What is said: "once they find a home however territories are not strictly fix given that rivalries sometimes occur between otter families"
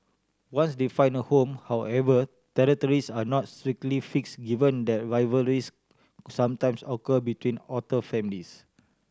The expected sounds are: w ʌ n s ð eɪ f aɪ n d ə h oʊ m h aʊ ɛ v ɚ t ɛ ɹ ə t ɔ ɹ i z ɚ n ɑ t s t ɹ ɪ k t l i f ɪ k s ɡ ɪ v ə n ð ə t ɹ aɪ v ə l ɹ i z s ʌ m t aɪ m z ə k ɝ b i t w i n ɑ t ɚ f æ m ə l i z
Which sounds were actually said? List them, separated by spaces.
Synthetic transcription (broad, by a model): w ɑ n s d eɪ f aɪ n ə h oʊ m h aʊ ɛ v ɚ t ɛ ɹ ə t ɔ ɹ i s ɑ n ɑ t s t ɹ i k t l i f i k s ɡ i v ə n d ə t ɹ aɪ v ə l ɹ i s s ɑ m t aɪ m s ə k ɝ b i t w i n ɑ t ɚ f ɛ m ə l i s